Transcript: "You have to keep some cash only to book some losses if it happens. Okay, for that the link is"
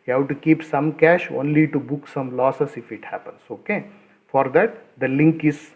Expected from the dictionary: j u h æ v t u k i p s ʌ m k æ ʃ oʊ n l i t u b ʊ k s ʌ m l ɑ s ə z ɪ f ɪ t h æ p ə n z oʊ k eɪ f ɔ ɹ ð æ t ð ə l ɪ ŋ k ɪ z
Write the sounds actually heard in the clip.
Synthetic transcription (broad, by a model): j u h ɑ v t u k i p s ʌ m k æ ʃ oʊ n l i t u b ʊ k s ʌ m l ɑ s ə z ɪ f ɪ t h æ p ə n s oʊ k eɪ f ɔ ɹ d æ t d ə l ɪ ŋ k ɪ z